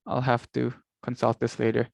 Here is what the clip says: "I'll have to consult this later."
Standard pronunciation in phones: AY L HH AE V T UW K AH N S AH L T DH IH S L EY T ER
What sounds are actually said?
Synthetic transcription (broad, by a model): AY L HH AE F T UW K AH N S AH L T DH IH S L EY T ER